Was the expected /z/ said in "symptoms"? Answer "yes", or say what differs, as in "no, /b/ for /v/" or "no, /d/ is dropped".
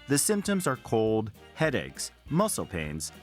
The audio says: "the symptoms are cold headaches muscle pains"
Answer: yes